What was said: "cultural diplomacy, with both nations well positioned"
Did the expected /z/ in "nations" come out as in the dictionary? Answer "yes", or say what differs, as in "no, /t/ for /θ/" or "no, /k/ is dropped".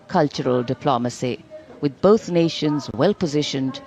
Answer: yes